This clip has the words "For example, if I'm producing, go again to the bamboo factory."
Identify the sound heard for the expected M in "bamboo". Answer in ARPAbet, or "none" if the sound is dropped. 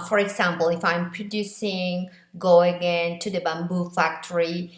M